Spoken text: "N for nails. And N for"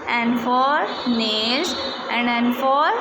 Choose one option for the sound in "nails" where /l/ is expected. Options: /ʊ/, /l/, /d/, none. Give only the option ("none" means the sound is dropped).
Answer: none